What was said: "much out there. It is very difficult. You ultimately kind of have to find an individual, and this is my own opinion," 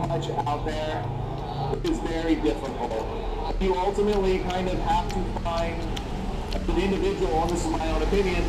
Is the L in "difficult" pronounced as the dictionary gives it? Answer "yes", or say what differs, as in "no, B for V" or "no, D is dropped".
no, N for L